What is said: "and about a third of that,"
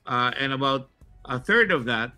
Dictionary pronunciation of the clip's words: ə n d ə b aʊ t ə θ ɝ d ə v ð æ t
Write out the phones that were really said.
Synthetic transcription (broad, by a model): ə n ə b aʊ t ə θ ɝ d ə v ð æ t